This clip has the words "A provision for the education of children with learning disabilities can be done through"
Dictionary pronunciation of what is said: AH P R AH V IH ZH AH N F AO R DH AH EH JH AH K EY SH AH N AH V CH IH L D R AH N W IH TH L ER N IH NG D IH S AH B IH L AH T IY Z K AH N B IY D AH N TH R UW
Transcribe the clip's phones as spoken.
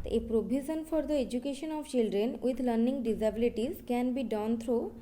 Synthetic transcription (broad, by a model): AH P R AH B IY Z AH N F AO R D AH EH JH AH K EY SH AH N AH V CH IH L D R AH N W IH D L ER N IH NG D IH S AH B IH L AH T IY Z K AH N B IY D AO N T R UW